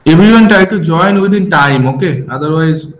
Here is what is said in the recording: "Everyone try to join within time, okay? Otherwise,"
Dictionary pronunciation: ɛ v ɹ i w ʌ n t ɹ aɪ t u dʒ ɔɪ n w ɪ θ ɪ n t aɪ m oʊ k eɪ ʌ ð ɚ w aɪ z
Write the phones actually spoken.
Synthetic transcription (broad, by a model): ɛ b ɹ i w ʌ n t aɪ t u dʒ ɔɪ n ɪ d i n t aɪ m oʊ k eɪ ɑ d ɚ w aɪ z